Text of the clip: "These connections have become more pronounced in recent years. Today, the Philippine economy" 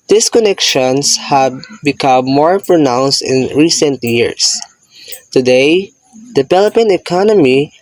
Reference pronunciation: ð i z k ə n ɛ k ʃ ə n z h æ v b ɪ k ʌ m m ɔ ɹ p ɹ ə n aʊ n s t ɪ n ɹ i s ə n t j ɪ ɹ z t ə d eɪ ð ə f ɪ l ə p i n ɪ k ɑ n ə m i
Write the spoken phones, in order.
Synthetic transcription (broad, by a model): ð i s k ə n ɛ k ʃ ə n s h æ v b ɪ k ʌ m m ɔ ɹ p ɹ ə n aʊ n s t ɪ n ɹ i s ə n t j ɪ ɹ s t ə d eɪ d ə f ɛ l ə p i n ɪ k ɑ n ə m i